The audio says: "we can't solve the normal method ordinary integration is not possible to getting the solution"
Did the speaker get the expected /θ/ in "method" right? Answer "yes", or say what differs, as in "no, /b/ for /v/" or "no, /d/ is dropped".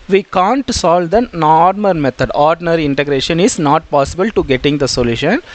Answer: no, /t/ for /θ/